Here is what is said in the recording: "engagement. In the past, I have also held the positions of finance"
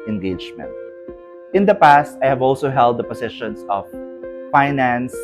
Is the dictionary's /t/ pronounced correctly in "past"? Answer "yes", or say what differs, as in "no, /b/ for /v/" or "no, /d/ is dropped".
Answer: yes